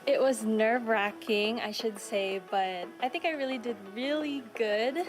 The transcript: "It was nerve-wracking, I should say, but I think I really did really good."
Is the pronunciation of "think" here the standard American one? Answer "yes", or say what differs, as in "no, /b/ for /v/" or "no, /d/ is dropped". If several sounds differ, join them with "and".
yes